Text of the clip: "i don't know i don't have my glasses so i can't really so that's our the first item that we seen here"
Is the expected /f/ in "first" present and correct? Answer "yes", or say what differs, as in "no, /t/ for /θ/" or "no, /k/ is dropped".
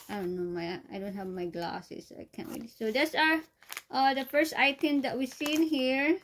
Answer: yes